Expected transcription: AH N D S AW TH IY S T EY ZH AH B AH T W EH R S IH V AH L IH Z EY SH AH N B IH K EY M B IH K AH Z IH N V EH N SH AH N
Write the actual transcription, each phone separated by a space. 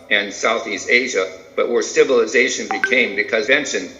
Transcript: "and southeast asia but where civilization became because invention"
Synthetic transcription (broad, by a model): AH N S AW TH IY S T EY ZH AH B AH T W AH R S IH V AH L IH Z EY SH AH N B IH K EY M B IH K AH Z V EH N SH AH N